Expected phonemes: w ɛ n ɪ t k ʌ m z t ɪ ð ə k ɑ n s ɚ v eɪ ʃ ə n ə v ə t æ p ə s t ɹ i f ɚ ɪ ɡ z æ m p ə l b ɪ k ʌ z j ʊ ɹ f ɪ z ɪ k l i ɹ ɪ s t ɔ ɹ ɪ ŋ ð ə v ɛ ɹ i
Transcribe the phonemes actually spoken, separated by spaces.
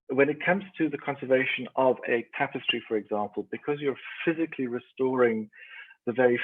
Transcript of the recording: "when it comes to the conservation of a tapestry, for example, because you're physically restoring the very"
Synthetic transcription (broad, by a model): w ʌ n ɪ t k ʌ m z t ɪ ð ə k ɑ n s ɚ v eɪ ʃ ə n ə v ə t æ p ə s t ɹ i f ɚ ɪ ɡ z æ m p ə l b ɪ k ʌ z j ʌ ɹ f ɪ z ɪ k l i ɹ ɪ s t ɔ ɹ ɪ ŋ ð ə v ɛ ɹ i